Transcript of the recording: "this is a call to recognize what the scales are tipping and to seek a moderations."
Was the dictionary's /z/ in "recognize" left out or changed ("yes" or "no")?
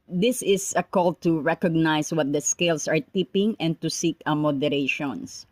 yes